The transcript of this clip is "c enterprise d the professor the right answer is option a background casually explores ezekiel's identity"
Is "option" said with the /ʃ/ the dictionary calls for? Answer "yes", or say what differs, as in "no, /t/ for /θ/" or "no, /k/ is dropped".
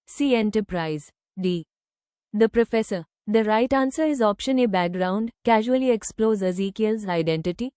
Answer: yes